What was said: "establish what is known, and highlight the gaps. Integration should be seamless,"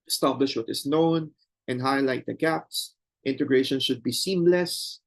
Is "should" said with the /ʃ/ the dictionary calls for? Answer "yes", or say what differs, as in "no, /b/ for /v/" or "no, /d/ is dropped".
yes